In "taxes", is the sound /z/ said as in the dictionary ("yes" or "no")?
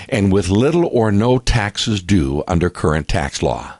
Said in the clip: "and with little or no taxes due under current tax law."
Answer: yes